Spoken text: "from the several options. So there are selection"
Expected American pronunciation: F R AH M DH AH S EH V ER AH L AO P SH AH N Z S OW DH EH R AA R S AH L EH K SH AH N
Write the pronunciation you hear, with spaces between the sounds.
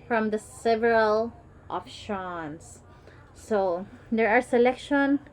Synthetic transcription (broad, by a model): F R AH M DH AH S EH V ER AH L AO F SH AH N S S OW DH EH R AA R S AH L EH K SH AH N